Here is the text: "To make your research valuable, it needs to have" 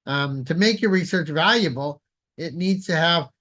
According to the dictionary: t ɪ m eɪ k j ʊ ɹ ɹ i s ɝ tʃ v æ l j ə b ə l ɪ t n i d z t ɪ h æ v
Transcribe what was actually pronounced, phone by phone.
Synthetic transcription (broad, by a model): t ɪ m eɪ k j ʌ ɹ ɹ i s ɝ tʃ v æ l j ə b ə l ɪ t n i d z t ɪ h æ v